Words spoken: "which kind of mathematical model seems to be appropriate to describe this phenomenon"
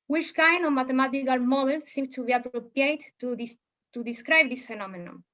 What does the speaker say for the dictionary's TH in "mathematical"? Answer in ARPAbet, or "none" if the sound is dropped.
T